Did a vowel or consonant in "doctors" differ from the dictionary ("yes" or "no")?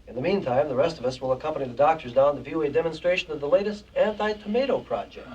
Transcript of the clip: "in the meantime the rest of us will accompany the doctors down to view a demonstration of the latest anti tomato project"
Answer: no